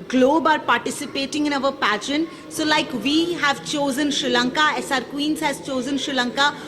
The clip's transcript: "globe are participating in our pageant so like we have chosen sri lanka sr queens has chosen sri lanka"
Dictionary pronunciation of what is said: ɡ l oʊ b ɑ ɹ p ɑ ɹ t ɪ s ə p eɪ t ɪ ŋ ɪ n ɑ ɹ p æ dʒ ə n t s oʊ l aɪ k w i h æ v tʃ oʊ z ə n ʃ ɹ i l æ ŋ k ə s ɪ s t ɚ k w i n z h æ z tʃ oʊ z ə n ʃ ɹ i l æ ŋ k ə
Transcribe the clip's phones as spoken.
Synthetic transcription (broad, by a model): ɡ l oʊ b ɑ ɹ p ɑ ɹ t ɪ s ə p eɪ t ɪ ŋ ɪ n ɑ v p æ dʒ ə n s oʊ l aɪ k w i h æ v tʃ oʊ z ə n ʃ ɹ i l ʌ ŋ k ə s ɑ t k w i n z h æ z tʃ oʊ z ə n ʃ ɹ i l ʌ ŋ k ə